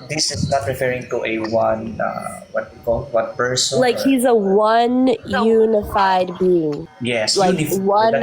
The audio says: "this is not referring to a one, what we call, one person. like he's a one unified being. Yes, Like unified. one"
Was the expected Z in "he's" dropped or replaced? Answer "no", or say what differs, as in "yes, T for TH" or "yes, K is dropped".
no